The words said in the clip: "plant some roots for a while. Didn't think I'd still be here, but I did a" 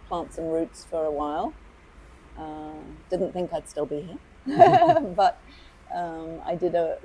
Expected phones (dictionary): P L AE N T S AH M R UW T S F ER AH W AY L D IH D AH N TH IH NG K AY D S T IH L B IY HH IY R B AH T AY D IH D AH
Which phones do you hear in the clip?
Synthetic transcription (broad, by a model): P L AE N T S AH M R UW T S F ER AH W AY L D IH D N TH IH NG K AY D S T IH L B IY HH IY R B AH T AY D IH D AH